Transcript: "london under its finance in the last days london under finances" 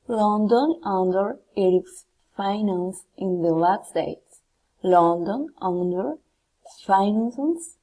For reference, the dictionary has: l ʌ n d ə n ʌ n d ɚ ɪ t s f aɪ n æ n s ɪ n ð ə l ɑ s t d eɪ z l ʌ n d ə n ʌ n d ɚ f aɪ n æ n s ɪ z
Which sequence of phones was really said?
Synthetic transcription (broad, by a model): l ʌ n d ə n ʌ n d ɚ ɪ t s f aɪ n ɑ n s ɪ n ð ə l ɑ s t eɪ s l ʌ n d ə n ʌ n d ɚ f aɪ n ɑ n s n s